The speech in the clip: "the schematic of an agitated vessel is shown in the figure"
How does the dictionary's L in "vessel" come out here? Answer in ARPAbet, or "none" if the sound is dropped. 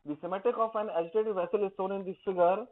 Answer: L